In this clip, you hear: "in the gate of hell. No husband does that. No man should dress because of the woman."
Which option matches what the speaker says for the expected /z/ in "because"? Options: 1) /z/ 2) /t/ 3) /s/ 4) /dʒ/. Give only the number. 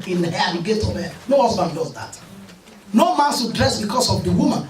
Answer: 3